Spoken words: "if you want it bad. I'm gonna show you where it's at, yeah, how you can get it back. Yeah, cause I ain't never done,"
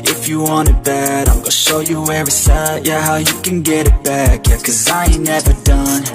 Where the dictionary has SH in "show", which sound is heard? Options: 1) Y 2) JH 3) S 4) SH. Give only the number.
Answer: 4